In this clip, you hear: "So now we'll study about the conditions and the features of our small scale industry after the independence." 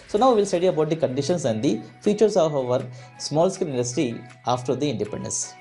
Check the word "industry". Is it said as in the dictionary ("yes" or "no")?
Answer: no